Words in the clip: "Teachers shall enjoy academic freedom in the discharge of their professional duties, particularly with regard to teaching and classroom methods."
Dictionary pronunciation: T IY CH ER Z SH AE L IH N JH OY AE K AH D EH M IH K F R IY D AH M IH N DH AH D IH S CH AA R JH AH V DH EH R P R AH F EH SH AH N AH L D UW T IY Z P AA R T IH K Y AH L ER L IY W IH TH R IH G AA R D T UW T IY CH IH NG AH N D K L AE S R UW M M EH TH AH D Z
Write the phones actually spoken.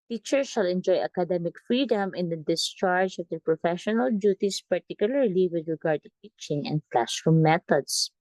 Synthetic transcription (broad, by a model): T IY CH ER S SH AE L IH N JH OY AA K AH D EH M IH K F R IY D AH M IH N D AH D IH S CH AA R JH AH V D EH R P R AH F EH SH AH N AH L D UW T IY S P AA R T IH K Y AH L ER L IY W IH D R IH G AA R D T UW T IY CH IH NG AH N D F L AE SH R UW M M EH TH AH D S